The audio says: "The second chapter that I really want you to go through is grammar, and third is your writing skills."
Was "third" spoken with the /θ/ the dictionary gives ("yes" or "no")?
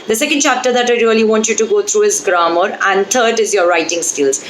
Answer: no